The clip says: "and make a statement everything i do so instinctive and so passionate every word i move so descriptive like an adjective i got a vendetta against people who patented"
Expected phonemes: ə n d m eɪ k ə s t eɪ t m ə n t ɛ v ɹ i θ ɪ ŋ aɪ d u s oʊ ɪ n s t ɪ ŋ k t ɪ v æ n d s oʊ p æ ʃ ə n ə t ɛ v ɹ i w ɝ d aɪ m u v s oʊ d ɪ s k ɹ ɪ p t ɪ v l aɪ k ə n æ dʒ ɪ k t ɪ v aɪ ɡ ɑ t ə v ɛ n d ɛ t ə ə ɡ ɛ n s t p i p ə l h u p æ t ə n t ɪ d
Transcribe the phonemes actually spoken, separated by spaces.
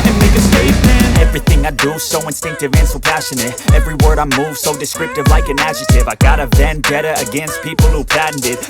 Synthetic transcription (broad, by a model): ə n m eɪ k ə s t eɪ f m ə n ɛ v ɹ i θ ɪ ŋ aɪ d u s oʊ ɪ n s t ɪ ŋ k t ɪ v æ n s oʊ p æ ʃ ə n ə t ɛ v ɹ i w ɝ d aɪ m u v s oʊ d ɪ s k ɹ ɪ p t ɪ v l aɪ k ə n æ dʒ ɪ t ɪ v aɪ ɡ ɑ t ə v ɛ n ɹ ɛ t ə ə ɡ ɛ n s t p i p l h u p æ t n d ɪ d